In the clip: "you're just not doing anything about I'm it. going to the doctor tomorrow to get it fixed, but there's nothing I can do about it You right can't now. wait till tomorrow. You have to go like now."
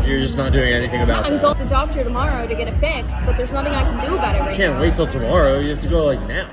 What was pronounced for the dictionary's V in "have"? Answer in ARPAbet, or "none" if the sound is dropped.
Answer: F